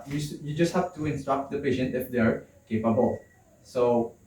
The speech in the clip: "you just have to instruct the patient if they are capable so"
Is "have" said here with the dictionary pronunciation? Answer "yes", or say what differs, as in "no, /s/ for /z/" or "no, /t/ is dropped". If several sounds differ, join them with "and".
no, /f/ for /v/